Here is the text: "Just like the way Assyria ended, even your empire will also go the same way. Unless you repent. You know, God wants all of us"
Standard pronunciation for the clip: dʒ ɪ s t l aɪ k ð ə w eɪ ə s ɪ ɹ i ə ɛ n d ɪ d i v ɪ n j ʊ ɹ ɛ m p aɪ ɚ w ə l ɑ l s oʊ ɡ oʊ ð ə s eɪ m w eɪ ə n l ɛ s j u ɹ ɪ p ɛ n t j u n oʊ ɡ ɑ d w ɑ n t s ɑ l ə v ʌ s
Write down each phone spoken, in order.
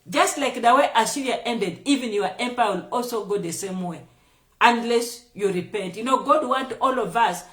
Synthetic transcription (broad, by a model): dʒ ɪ s t l aɪ k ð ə w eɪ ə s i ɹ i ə ɛ n d ɪ d i v ɪ n j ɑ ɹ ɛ m p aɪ w ə l ɑ l s oʊ ɡ oʊ ð ə s eɪ m w eɪ ə n l ɛ s j u ɹ ɪ p ɛ n t j u n oʊ ɡ ɑ d w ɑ n t ɑ l ə v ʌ s